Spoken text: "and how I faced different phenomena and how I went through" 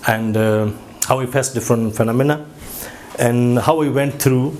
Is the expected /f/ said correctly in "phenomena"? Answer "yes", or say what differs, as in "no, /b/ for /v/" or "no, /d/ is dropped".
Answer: yes